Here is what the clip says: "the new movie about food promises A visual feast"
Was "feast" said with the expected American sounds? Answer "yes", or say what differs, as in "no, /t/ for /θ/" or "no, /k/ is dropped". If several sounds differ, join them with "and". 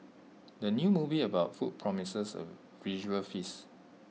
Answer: no, /t/ is dropped